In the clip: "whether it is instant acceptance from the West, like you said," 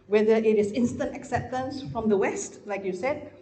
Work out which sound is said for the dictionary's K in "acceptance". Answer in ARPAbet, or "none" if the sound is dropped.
K